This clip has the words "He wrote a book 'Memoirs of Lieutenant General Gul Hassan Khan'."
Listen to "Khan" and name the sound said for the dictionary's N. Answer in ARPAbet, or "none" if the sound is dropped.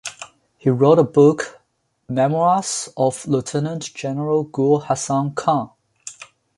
none